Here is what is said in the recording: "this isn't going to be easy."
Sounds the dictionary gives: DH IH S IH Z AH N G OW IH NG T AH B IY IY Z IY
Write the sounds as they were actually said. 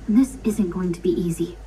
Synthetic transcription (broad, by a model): DH IH S IH Z AH N G OW IH NG T AH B IY IY Z IY